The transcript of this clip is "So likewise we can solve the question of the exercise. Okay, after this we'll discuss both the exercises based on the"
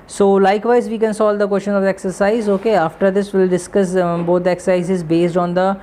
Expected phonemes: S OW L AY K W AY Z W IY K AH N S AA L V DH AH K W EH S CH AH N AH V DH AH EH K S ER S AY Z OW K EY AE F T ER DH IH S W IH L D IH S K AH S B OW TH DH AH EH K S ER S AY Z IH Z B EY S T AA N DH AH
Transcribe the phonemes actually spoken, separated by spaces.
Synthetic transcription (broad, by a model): S OW L AY K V AY Z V IY K AH N S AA L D AH K W EH S CH AH N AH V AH EH K S ER S AY Z OW K EY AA F T ER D IH S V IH L D IH S K AH S B OW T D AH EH K S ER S AY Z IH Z B EY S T AA N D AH